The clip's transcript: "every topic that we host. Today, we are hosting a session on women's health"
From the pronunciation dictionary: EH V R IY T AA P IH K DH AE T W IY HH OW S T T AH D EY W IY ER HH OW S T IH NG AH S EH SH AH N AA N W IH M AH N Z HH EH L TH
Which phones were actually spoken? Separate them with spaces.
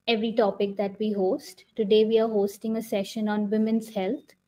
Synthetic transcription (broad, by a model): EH V R IY T AA P IH K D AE T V IY HH OW S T T AH D EY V IY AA HH OW S T IH NG AH S EH SH AH N AA N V IH M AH N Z HH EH L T